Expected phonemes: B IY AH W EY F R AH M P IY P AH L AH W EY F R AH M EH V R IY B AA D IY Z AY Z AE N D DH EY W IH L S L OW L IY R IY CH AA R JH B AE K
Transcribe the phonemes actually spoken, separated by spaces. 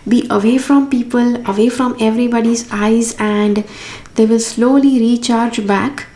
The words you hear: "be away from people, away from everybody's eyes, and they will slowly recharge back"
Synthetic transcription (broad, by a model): B IY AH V EY F R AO M P IY P AH L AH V EY F R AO M EH V R IY B AA D IY Z AY Z AE N D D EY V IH L S L OW L IY R IY CH AA R JH B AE K